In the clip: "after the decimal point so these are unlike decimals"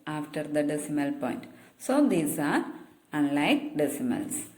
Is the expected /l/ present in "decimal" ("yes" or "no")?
yes